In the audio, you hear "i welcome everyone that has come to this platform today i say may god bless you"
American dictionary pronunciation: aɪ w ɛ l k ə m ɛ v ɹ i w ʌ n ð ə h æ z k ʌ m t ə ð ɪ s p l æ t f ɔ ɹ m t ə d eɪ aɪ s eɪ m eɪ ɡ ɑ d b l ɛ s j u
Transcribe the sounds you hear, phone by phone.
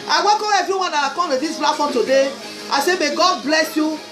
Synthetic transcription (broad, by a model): aɪ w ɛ k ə ɛ v ɹ i w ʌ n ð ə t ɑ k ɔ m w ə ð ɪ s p l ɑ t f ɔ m t ə d eɪ aɪ s eɪ m eɪ ɡ ɑ d b l ɛ s j u